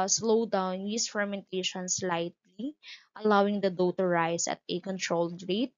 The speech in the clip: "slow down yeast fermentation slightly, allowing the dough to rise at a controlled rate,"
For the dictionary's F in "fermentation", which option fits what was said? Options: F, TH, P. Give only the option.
F